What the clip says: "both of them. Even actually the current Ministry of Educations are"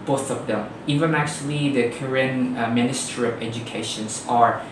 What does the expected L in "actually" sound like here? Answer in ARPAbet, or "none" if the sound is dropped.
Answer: L